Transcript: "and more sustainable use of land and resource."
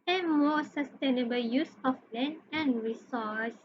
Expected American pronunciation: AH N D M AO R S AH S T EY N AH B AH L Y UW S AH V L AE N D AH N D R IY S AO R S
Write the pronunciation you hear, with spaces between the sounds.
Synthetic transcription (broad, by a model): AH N M AO S AH S T EY N AH B AH L Y UW S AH F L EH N AH N R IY S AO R S